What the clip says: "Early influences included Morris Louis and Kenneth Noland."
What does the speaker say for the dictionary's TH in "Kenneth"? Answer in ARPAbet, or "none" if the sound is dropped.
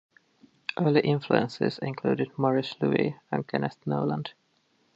T